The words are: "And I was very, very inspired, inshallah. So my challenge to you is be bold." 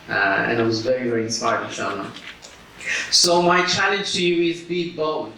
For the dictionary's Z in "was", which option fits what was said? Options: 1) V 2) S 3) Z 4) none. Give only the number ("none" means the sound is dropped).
3